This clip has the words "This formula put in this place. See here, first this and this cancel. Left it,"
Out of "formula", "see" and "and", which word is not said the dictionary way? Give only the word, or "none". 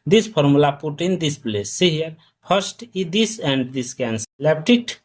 formula